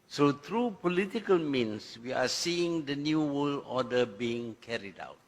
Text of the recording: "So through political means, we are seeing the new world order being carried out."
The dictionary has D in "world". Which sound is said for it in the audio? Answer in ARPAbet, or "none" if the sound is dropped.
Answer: none